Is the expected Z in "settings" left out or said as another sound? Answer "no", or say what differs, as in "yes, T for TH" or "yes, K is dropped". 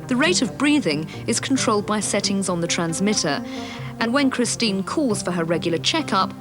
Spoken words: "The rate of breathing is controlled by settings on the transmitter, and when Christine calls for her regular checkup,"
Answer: no